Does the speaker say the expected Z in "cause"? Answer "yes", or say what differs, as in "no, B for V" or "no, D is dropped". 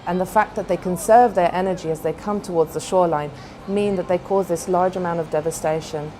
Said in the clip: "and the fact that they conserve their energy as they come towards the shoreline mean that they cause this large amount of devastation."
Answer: yes